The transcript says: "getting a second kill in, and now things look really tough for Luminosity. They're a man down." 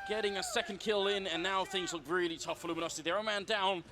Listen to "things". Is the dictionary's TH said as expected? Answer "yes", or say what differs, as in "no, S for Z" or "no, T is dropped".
yes